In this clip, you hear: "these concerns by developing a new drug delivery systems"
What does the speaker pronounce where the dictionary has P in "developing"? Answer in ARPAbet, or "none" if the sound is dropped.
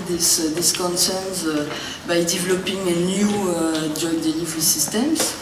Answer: P